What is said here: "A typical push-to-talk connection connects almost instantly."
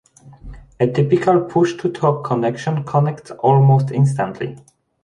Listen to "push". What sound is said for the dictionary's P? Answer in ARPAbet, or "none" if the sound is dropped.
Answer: P